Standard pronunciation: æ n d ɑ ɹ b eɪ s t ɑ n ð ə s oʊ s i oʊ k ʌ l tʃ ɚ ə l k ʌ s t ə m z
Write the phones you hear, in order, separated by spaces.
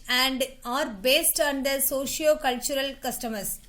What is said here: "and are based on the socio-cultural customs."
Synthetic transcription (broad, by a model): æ n d ɑ ɹ b eɪ s t ɑ n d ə s oʊ ʃ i oʊ k ʌ l tʃ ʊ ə l k ʌ s t ə m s